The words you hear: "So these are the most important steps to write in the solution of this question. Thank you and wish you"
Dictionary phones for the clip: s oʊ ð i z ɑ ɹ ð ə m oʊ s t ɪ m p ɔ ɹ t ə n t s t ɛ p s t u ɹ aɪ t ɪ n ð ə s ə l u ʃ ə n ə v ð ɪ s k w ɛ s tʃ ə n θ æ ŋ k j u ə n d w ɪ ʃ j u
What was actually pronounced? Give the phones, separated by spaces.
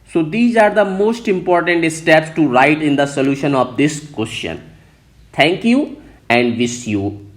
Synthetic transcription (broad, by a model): s oʊ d i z ɑ ɹ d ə m oʊ s t ɪ m p ɔ ɹ t ə n t s t ɛ p s t u ɹ aɪ t ɪ n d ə s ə l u ʃ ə n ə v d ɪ s k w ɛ s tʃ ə n t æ ŋ k j u ə n d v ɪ s j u